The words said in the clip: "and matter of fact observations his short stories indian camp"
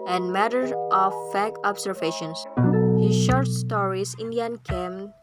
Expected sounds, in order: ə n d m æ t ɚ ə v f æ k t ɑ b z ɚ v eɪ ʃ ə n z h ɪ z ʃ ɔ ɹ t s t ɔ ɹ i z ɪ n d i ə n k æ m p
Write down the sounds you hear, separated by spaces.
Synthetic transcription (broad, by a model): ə n d m æ t ɚ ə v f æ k ɑ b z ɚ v eɪ ʃ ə n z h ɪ ʃ ɔ ɹ t s t ɔ ɹ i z ɪ n d i ə n k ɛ m